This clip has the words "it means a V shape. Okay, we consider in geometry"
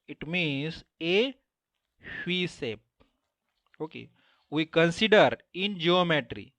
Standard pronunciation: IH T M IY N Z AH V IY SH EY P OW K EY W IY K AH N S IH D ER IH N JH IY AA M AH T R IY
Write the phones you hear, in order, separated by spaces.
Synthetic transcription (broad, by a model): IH T M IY N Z AH F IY S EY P OW K EY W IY K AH N S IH D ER IH N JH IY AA M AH T R IY